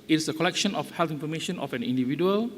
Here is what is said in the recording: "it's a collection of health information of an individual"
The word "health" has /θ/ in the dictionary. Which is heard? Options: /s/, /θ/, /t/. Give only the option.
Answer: /t/